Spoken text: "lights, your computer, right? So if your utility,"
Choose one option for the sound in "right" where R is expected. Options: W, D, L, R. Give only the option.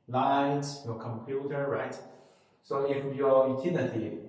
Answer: R